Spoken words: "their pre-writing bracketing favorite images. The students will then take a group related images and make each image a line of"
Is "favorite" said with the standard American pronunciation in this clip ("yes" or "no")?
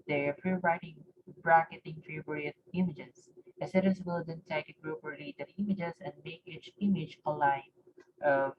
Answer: no